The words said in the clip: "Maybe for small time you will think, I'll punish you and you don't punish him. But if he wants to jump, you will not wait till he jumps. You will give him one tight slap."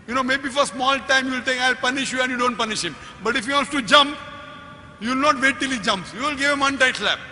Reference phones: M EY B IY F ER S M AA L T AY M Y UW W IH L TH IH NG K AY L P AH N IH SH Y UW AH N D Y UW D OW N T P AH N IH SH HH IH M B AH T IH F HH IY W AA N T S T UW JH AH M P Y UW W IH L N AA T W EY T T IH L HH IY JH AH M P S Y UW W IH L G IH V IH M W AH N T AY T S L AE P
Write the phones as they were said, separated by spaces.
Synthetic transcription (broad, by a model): M EY B IY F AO S M AA L T AY M Y UW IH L T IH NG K AY L P AH N IH SH Y UW AH N D Y UW D OW N T P AH N IH SH HH IH M B AH T IH F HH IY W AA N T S T UW JH AH M P Y UW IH L N AA T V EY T T IH L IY JH AH M P S Y UW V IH L G IH V IH M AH N T AY T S L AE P